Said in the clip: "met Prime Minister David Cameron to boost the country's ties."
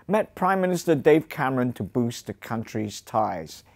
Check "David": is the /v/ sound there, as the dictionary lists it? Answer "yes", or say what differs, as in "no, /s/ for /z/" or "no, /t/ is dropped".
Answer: no, /v/ is dropped